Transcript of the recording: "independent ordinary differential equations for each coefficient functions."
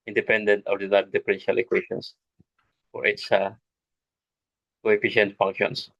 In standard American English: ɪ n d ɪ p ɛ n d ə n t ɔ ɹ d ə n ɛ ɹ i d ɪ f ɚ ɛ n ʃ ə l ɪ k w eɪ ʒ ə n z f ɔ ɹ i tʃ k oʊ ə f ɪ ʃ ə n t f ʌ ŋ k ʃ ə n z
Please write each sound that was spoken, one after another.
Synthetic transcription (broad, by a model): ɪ n d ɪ p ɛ n d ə n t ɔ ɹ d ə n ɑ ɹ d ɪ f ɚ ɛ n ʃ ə l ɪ k w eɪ ʃ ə n s f ɔ ɹ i s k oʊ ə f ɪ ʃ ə n t f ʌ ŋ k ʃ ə n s